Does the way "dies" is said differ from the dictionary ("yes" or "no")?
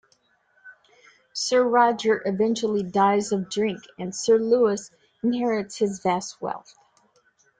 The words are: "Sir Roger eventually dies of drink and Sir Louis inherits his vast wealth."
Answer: no